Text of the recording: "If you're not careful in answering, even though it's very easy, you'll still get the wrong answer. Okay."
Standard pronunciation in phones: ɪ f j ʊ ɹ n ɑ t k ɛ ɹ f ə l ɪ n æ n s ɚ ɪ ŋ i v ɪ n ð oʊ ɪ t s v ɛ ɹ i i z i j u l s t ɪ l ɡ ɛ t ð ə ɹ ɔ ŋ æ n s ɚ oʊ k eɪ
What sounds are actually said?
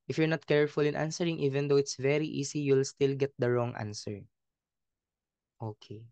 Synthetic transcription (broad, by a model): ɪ f j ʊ ɹ n ɑ t k ɛ ɹ f ə l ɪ n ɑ n s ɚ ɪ ŋ i v ɪ n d oʊ ɪ t s v ɛ ɹ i i s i j u l s t ɪ l ɡ ɛ t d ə ɹ ɔ ŋ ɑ n s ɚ oʊ k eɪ